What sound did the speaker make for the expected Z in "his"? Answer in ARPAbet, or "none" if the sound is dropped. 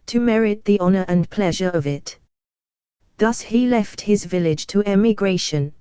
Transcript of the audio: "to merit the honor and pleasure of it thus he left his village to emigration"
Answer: Z